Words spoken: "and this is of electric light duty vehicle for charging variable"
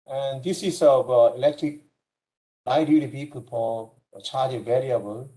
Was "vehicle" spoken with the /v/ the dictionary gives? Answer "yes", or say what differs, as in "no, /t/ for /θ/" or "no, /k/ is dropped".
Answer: no, /p/ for /v/